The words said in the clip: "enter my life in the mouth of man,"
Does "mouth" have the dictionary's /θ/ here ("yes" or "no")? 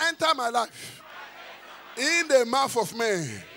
no